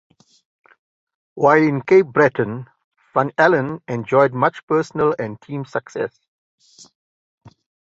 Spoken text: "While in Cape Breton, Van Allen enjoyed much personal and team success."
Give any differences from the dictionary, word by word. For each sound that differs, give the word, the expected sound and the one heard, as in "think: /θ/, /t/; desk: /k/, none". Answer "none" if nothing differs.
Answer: van: /v/, /f/